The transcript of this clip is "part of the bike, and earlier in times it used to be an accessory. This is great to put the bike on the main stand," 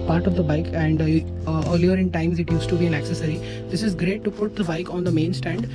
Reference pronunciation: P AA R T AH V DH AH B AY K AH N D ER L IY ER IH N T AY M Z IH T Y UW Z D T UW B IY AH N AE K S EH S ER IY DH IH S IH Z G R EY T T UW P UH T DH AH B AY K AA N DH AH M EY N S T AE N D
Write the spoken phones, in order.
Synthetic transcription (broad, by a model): P AA R T AH V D AH B AY K AH N D ER L IY ER IH N T AY M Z IH T Y UW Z T UW B IY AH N AE K S EH S ER IY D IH S IH Z G R EY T T UW P UH T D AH B AY K AA N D AH M EY N S T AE N D